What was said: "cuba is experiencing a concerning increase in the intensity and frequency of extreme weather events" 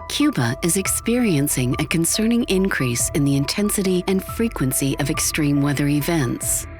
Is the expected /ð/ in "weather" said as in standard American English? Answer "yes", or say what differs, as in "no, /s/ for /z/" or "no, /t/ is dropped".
yes